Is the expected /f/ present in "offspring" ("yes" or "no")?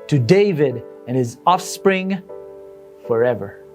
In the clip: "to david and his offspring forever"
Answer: yes